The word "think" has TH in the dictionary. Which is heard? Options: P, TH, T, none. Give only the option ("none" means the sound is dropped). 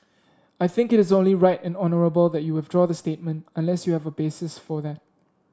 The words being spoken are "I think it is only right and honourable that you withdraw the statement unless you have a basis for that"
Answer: TH